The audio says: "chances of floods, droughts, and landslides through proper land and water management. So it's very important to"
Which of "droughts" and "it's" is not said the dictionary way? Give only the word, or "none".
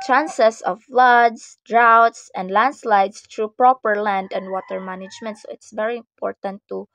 none